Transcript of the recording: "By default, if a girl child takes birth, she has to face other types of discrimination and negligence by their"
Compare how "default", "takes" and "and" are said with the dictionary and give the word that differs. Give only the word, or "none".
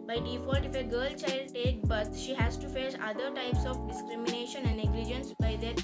takes